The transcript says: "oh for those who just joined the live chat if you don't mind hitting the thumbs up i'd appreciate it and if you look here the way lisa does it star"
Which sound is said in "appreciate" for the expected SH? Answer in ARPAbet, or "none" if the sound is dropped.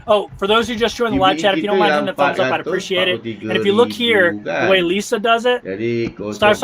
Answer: SH